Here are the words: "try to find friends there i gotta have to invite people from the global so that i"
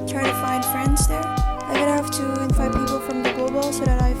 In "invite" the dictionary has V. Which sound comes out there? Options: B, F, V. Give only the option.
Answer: F